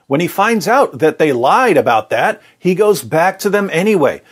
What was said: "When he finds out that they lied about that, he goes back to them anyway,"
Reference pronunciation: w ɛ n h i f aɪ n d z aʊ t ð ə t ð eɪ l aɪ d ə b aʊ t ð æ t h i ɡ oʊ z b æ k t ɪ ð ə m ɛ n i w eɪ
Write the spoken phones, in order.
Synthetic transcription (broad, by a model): w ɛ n i f aɪ n d z aʊ t ð ə t ð eɪ l aɪ d ə b aʊ t ð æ t h i ɡ oʊ z b æ k t ɪ ð ə m ɛ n i w eɪ